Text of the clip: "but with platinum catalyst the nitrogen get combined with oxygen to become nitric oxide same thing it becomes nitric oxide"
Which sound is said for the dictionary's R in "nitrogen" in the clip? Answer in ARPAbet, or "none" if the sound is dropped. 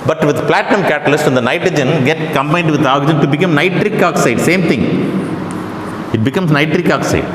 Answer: R